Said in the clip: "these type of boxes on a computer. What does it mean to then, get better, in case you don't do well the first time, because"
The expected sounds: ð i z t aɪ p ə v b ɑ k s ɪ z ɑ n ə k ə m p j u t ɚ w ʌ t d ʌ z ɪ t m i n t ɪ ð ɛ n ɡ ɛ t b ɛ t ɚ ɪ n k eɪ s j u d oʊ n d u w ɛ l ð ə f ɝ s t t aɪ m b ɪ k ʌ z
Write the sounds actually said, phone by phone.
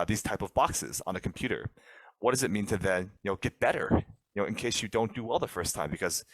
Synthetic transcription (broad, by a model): ð i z t aɪ p ə v b ɑ k s ɪ z n ə k m p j u t ɚ w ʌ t d ʌ z ɪ t m i n t ɪ ð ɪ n ɡ ɛ t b ɛ t ɚ ɪ n k eɪ s j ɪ d oʊ n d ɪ w ɛ l ð ə f ɝ s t t aɪ m b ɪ k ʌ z